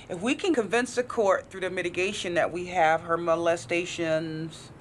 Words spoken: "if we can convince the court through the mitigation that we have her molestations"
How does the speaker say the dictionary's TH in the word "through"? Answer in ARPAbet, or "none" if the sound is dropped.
TH